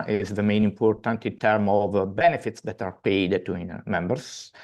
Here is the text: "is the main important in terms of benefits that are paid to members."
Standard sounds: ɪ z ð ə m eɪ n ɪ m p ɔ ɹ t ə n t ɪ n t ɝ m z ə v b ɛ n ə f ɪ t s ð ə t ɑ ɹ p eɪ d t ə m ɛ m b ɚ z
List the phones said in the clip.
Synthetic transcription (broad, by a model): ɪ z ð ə m eɪ n ɪ m p ɔ ɹ t ə n t ɪ n t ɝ m ə v b ɛ n ə f ɪ t s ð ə t ɑ ɹ p eɪ d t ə m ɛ m b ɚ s